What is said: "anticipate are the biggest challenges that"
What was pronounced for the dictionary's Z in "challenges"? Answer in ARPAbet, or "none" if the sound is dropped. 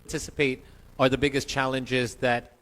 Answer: Z